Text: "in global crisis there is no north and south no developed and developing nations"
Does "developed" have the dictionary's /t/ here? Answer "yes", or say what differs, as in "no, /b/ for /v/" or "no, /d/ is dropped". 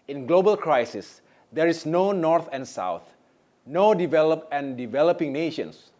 no, /t/ is dropped